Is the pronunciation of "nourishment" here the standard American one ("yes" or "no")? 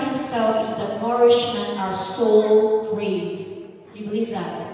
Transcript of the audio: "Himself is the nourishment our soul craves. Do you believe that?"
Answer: no